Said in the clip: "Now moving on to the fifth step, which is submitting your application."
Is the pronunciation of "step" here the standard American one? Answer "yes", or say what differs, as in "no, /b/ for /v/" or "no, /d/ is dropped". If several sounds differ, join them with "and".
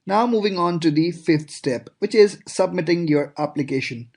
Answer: yes